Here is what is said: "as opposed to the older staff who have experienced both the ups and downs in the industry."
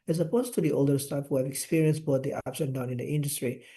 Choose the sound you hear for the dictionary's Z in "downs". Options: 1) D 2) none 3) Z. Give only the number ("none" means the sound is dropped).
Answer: 2